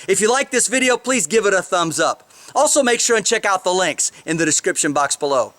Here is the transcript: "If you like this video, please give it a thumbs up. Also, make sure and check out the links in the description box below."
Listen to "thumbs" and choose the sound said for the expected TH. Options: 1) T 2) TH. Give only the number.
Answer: 2